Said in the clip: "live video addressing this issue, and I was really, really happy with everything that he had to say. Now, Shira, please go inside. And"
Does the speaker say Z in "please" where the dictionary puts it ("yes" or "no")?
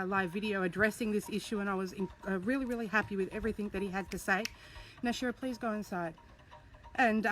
yes